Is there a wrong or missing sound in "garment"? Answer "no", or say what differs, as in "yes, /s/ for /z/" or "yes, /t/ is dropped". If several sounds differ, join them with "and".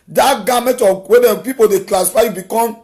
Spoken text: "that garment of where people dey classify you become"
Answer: yes, /n/ is dropped